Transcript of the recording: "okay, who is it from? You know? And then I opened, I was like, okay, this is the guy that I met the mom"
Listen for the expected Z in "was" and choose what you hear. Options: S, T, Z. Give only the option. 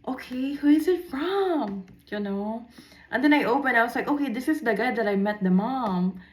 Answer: S